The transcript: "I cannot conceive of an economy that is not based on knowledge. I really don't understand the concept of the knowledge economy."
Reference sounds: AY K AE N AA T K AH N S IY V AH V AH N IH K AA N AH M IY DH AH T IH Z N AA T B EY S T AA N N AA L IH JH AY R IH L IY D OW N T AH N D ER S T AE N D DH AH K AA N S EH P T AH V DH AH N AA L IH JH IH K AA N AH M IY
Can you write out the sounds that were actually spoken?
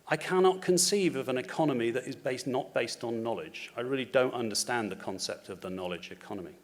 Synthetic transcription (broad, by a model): AY K AE N AA T K AH N S IY V AH V AH N IH K AA N AH M IY DH AH T IH Z N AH T B EY S T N N AA L IH JH AY R IH L IY D OW N T AH N D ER S T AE N DH AH K AA N S EH P T AH V DH AH N AA L IH JH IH K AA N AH M IY